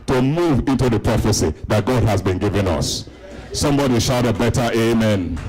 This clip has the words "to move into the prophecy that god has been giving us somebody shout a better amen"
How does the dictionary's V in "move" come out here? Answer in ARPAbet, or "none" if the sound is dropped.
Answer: V